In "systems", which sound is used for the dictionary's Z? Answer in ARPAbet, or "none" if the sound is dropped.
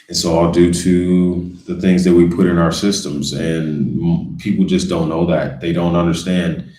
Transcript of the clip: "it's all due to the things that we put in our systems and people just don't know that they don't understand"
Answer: Z